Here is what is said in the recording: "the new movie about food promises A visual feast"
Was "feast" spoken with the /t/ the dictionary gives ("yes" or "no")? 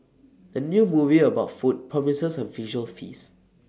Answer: no